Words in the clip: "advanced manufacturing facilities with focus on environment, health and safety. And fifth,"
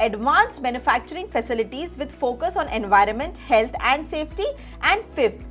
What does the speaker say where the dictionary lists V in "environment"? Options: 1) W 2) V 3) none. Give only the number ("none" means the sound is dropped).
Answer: 2